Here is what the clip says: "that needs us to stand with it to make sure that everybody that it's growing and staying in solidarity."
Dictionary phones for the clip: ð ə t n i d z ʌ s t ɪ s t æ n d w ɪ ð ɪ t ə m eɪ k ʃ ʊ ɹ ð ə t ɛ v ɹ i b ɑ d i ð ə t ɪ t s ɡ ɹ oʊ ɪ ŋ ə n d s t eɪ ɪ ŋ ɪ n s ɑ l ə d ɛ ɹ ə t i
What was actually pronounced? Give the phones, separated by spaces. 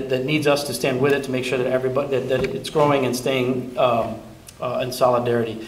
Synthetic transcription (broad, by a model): ð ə t n i d z ʌ s t ɪ s t æ n d w ɪ ð ɪ t ə m eɪ k ʃ ʊ ɹ ð ə t ɛ v ɹ i b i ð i ð ə t ɪ t s ɡ ɹ oʊ ɪ ŋ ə n s t eɪ ɪ ŋ ɪ n s ɑ l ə d ɛ ɹ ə t i